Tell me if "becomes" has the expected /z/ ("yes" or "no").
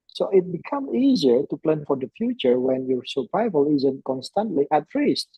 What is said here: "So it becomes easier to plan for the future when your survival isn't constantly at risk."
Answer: no